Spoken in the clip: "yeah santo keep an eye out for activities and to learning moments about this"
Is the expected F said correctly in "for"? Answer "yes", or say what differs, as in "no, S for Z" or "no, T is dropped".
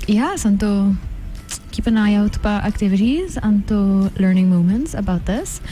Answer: no, P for F